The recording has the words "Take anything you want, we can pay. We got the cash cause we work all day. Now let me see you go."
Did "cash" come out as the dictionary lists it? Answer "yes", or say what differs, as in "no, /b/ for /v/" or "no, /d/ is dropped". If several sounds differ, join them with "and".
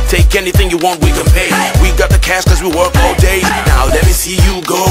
no, /s/ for /ʃ/